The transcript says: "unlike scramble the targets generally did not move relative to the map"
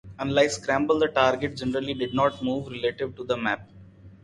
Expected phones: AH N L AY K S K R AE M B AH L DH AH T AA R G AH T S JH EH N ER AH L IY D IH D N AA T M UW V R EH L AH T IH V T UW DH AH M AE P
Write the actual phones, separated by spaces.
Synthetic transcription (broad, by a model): AH N L AY K S K R AE M B AH L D AH T AA R G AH T JH EH N ER AH L IY D IH D N AA T M UW V R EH L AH T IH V T UW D AH M AE P